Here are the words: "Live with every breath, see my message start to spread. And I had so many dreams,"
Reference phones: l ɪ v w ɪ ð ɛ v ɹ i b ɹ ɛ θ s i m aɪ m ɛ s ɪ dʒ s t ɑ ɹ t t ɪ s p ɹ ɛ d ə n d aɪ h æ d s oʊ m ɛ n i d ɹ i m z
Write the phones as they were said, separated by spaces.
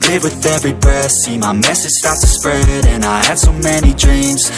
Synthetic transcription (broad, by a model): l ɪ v w ɪ ð ɛ v ɹ i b ɛ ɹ s i m aɪ m ɛ s ɪ dʒ s t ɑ ɹ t t ɪ s p ɹ ɛ d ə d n aɪ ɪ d s oʊ m ɛ n i d ɹ i m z